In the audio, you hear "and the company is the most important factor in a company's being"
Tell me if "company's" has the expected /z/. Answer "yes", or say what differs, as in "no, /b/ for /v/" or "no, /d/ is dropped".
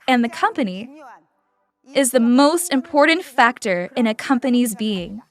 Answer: yes